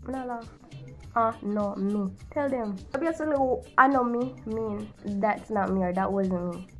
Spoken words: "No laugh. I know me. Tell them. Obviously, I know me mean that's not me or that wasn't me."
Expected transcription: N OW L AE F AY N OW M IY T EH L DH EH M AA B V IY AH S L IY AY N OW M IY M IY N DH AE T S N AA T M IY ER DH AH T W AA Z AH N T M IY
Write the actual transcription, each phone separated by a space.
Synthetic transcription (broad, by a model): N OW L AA AY N OW M IY T EH L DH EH M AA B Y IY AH L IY AY N OW M IY M IY N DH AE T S N AA T M IY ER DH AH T W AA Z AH N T M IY